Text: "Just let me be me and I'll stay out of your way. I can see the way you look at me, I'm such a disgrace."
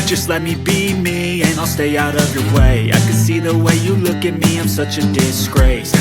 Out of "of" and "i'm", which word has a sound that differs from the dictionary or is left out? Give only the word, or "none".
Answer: none